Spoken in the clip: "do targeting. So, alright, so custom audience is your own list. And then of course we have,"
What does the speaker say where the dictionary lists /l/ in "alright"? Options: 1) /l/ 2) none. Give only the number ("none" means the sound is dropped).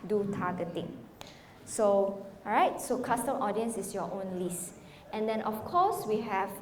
2